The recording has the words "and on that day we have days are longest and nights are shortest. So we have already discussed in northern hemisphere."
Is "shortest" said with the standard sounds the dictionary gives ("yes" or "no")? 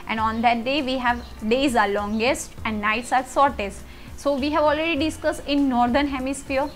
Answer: no